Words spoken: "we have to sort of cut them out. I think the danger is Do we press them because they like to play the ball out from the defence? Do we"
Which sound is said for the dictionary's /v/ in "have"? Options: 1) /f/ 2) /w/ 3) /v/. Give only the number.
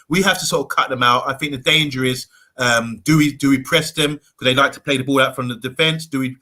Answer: 1